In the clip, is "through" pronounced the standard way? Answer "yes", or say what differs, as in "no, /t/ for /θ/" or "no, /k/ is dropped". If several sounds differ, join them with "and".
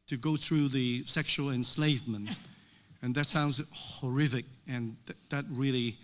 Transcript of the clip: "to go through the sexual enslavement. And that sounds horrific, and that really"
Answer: yes